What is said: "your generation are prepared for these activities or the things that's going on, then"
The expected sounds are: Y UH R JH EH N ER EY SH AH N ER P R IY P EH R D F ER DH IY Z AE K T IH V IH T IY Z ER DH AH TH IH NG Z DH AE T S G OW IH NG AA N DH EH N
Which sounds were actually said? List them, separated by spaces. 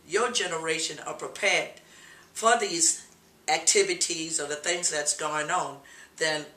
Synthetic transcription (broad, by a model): Y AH R JH EH N ER EY SH AH N ER P R IY P EH R D F ER DH IY Z AE K T IH V IH T IY Z ER DH AH TH IH NG Z DH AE T S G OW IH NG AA N DH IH N